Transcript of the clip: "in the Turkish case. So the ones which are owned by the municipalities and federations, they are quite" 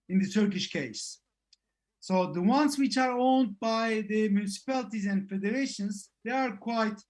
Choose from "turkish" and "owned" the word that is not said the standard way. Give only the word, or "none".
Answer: none